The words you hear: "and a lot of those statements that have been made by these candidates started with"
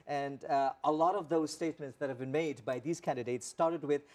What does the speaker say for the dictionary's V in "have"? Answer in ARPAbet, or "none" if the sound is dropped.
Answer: V